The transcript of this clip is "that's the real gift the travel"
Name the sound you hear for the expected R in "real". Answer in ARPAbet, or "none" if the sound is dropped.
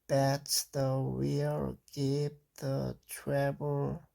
W